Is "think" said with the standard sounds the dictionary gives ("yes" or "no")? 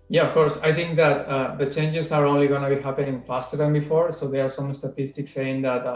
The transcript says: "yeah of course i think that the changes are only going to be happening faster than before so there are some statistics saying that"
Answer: no